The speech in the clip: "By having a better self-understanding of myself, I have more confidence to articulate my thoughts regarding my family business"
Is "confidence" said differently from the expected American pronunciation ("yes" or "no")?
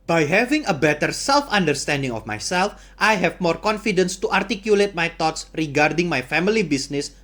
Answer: no